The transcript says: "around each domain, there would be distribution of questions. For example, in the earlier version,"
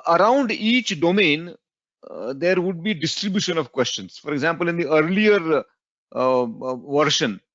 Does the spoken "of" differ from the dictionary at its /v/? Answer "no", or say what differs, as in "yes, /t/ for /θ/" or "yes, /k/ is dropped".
no